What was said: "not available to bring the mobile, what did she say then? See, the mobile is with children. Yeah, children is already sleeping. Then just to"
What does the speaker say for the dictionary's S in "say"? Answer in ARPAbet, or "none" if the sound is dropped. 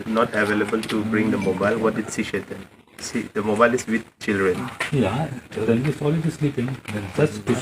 SH